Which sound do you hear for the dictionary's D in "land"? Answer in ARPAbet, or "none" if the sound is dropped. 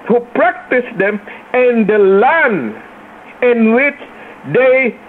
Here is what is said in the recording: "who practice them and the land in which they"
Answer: none